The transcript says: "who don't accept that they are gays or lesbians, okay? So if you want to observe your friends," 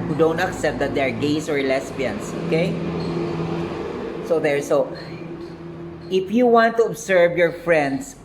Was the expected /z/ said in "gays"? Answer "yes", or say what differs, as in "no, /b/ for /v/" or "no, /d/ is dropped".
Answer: no, /s/ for /z/